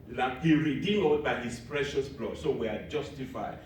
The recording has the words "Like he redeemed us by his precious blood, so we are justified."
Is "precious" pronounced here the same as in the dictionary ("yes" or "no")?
yes